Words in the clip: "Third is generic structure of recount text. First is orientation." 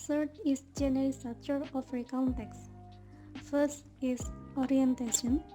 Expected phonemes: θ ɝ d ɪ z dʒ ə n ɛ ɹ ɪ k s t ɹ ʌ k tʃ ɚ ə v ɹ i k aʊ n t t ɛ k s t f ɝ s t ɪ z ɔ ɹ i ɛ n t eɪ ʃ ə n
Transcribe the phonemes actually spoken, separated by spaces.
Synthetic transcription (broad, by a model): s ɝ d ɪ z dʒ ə n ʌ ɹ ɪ s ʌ tʃ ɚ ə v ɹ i k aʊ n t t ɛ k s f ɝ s t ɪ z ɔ ɹ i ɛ n t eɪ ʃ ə n